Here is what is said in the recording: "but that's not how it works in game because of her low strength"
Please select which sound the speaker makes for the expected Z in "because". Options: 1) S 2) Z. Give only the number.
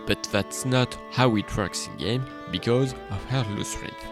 2